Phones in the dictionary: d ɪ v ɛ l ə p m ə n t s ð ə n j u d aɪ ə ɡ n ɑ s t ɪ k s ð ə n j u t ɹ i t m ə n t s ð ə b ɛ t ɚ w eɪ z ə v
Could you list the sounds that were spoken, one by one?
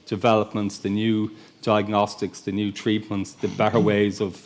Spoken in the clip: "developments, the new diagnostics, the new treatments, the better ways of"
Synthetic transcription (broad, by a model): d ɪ v ɛ l ə p m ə n t s ð ə n j u d aɪ ə ɡ n ɑ s t ɪ k s ð ə n j u t ɹ i t m ə n t s ð ə b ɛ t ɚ w eɪ z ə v